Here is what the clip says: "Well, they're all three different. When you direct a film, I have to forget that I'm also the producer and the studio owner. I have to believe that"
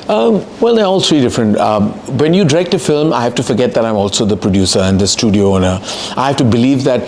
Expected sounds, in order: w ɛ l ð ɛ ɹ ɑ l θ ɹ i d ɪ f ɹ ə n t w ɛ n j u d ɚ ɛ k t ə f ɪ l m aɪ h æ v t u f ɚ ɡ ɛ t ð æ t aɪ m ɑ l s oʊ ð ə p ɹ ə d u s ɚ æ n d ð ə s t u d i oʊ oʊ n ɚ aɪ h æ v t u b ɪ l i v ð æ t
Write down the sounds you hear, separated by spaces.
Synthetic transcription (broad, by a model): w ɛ l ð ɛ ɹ ɑ l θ ɹ i d ɪ f ɹ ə n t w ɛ n j u d ɚ ɛ k t ə f ɪ l m aɪ h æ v t u f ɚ ɡ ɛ t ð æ t aɪ m ɑ l s oʊ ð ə p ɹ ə d u s ɚ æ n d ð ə s t u d i oʊ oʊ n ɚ aɪ h æ v t u b ɪ l i v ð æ t